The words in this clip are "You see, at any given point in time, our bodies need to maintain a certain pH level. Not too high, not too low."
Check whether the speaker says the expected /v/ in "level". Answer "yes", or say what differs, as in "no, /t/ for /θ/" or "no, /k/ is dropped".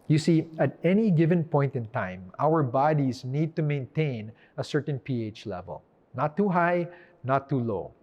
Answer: yes